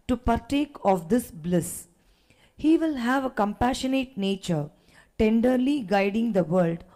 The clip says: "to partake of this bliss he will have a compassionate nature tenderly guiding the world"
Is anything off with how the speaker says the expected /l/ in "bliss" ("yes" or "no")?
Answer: no